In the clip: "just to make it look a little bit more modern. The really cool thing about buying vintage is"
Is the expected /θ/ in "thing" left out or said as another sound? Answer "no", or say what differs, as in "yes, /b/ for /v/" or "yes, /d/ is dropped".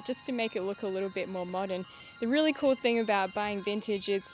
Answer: no